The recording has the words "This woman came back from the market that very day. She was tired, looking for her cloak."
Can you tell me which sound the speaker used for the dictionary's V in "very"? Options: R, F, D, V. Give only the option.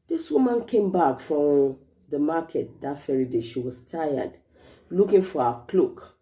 F